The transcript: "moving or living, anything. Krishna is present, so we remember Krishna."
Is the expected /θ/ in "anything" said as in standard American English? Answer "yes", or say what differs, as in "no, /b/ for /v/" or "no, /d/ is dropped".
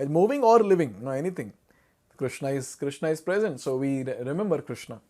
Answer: no, /t/ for /θ/